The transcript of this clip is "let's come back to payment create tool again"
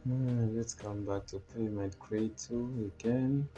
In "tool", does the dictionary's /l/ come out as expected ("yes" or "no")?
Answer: no